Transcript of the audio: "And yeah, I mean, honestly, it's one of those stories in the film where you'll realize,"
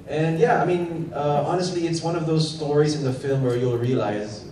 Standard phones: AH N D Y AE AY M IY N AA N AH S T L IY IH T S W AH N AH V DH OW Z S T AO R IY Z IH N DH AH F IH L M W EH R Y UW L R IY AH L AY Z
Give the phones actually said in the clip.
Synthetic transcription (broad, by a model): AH N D Y AE AY M IY N AA N AH S T L IY IH T S W AH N AH V DH OW Z S T AO R IY Z IH N DH AH F IH L M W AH R Y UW L R IY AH L AY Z